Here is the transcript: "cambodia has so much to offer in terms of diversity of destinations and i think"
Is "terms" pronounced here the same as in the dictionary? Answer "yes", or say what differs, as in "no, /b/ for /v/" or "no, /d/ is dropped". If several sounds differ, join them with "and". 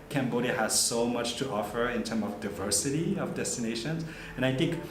no, /z/ is dropped